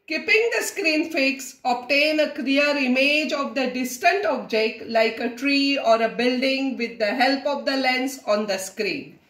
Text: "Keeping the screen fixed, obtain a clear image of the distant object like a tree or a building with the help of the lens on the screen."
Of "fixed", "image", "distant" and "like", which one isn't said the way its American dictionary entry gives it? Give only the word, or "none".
fixed